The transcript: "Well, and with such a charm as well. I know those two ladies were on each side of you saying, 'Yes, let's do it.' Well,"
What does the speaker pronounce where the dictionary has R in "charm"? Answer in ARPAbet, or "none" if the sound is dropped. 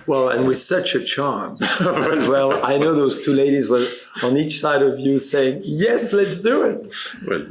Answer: R